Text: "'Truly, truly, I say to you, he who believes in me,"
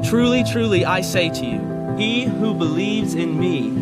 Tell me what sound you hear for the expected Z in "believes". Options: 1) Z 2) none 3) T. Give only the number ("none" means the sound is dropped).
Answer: 1